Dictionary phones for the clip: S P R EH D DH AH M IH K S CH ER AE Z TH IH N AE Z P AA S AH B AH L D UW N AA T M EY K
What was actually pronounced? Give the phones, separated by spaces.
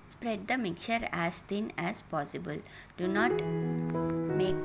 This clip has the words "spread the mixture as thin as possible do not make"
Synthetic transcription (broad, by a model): S P R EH D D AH M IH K CH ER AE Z T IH N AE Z P AA S AH B AH L D UW N AA T M EY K